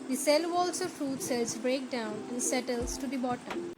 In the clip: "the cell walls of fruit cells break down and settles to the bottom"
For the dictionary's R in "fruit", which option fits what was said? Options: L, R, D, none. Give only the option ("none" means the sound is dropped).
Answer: R